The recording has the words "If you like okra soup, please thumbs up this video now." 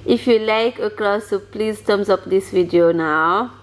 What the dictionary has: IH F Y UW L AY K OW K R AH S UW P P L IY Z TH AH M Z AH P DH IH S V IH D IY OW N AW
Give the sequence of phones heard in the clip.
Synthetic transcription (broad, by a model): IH F Y UW L AY K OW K L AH S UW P P L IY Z T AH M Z AH P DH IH S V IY D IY OW N AW